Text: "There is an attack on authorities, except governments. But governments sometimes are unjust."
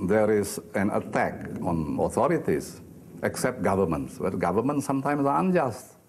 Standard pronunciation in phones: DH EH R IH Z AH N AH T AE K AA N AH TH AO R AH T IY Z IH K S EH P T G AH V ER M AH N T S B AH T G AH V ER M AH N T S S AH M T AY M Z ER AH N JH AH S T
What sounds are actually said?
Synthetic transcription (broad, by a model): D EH R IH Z AH N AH T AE K AA N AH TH AO R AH T IY S IH K S EH P T G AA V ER M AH N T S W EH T G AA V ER M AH N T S S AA M T AY M S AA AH N JH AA S T